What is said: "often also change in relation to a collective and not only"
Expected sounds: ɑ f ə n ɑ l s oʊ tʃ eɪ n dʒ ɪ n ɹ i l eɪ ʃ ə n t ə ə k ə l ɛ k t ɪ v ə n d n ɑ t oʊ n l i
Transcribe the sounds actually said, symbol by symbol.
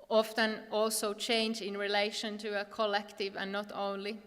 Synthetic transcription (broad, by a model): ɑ f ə n ɑ l s oʊ tʃ eɪ n dʒ ɪ n ɹ i l eɪ ʃ ə n t ə ə k ə l ɛ k t ɪ v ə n n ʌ t oʊ n l i